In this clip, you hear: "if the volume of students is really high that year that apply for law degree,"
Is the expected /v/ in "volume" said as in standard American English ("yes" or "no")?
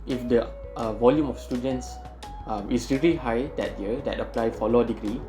yes